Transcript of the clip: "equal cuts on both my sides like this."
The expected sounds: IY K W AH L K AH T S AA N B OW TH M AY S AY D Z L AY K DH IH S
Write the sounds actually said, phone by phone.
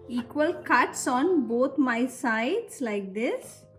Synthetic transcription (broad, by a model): IY K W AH L K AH T S AA N B OW T M AY S AY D S L AY K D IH S